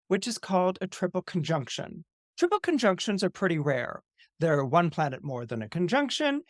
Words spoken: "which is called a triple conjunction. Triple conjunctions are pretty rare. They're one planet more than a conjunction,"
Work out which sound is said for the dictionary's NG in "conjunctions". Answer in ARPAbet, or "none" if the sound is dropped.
NG